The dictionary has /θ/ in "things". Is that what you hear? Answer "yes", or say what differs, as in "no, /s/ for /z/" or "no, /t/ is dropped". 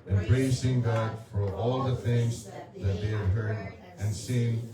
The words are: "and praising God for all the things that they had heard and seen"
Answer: yes